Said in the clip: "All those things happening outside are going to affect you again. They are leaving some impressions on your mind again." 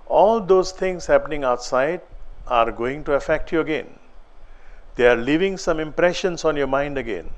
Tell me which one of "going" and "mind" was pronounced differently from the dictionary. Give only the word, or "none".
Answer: none